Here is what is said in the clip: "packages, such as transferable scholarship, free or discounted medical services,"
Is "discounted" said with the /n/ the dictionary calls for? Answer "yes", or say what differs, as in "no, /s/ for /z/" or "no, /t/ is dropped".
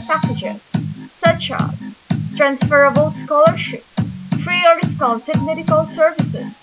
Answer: no, /l/ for /n/